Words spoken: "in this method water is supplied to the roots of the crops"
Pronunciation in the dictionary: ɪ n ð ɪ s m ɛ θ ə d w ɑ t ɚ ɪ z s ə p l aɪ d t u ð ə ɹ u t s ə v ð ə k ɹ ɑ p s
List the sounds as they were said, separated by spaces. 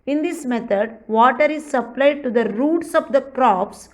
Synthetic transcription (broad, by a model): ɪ n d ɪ s m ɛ t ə d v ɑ t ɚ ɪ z s ə p l aɪ d t u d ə ɹ u t s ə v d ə k ɹ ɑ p s